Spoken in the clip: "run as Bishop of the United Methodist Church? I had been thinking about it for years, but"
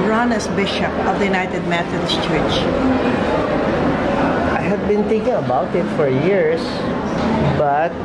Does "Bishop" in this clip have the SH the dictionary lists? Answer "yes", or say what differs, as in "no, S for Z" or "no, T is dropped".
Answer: yes